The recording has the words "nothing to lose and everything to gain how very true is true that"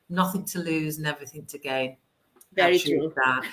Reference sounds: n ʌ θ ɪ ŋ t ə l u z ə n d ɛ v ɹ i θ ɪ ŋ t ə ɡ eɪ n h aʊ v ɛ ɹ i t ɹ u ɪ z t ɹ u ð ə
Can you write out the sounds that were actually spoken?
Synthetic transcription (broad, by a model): n ʌ θ ɪ ŋ t ə l u z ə n ɛ v ɹ i θ ɪ ŋ t ə ɡ eɪ n v ɛ ɹ i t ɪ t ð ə